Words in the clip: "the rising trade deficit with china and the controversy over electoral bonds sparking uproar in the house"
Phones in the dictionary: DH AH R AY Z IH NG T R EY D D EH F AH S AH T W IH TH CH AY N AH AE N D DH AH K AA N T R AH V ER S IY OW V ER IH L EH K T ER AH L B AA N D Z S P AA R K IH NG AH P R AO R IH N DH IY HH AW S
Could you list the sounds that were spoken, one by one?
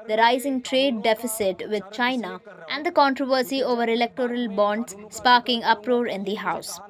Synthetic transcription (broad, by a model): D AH R AY Z IH NG T R EY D D EH F AH S AH T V IH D CH AY N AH AE N D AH K AA N T R AH V ER S IY OW V ER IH L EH K T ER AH L B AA N D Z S P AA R K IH NG AH P R AO R IH N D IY HH AW S